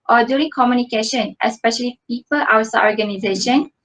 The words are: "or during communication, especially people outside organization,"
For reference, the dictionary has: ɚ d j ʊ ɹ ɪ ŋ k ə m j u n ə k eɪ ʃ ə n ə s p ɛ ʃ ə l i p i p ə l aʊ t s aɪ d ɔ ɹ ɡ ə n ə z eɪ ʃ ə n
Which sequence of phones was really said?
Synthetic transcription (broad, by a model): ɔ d j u ɹ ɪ ŋ k ə m j u n ə k eɪ ʃ ə n ə s p ɛ ʃ ə l i p i p ə l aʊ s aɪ ɔ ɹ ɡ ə n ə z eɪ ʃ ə n